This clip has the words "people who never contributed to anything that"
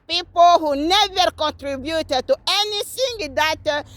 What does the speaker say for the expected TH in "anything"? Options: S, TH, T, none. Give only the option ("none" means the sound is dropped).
S